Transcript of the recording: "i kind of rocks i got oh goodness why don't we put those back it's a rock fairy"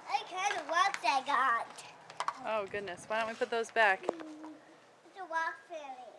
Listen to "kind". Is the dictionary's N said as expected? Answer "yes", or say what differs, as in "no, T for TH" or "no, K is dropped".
no, N is dropped